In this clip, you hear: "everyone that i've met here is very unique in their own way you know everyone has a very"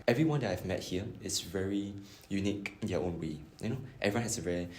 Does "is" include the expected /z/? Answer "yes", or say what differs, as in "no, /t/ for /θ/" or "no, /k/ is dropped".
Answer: no, /s/ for /z/